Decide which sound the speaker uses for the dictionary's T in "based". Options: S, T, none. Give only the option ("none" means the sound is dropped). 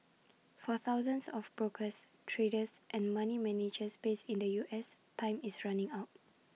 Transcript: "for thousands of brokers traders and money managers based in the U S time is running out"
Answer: none